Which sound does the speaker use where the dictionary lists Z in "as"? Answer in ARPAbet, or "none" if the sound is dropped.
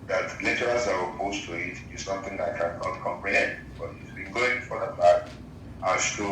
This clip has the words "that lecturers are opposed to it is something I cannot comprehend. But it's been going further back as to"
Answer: S